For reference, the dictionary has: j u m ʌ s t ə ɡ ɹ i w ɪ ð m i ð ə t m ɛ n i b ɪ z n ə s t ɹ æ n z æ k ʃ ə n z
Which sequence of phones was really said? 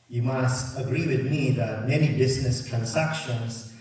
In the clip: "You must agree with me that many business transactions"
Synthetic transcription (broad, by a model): j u m ʌ s t ə ɡ ɹ i w ɪ ð m i ð ə t m ɛ n i b ɪ z n ə s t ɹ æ n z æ k ʃ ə n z